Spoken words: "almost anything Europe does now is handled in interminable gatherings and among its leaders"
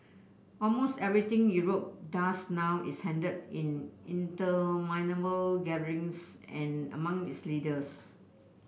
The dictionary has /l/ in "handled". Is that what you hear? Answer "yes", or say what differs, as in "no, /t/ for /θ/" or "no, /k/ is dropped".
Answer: no, /l/ is dropped